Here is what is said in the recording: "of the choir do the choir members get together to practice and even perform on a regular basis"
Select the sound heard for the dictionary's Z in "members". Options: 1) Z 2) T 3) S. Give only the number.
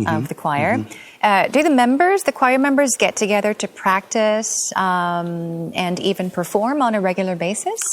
1